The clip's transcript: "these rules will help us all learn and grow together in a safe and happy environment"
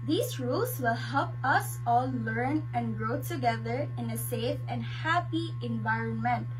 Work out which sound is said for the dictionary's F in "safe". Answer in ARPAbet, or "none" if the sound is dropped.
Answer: F